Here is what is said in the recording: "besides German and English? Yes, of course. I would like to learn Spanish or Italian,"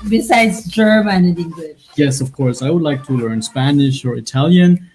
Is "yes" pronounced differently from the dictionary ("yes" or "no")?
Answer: no